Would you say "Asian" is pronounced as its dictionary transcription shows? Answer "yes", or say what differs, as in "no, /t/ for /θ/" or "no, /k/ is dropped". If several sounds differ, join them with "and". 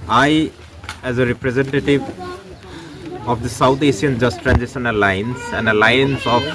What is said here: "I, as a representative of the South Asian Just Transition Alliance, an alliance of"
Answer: no, /s/ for /ʒ/